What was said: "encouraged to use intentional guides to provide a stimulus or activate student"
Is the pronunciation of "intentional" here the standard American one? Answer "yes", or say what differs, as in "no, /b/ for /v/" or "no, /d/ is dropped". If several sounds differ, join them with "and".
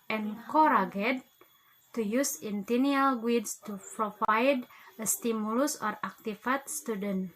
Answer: no, /ʃ/ is dropped and /n/ is dropped